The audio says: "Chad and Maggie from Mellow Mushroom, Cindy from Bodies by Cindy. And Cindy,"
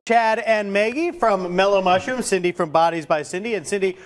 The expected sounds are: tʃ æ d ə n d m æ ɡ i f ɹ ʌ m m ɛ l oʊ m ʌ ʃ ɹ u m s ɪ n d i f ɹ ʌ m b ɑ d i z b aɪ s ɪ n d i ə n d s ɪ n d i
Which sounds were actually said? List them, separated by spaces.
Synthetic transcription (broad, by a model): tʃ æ d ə n m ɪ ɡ i f ɹ ʌ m m ɛ l oʊ m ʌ ʃ u m s ɪ n d i f ɹ ʌ m b ɑ d i z b aɪ s ɪ n d i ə n s ɪ n d i